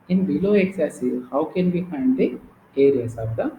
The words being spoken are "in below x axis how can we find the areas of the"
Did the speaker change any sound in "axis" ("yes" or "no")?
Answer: yes